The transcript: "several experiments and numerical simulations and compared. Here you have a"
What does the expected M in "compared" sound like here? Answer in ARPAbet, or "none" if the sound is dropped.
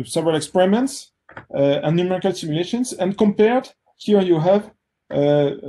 M